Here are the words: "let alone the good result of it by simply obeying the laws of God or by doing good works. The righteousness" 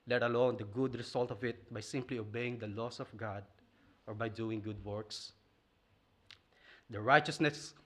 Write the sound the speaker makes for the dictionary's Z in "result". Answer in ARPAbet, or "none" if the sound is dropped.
S